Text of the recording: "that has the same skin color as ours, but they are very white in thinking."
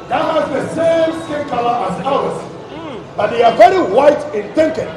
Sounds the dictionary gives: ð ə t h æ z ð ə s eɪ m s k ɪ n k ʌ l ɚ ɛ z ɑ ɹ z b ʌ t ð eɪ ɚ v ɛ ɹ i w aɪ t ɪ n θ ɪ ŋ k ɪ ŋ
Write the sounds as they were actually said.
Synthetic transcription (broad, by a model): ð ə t h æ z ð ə s eɪ m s ɪ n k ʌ l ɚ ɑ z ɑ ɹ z b ʌ t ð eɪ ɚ v ɛ ɹ i w aɪ t ɪ n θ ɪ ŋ k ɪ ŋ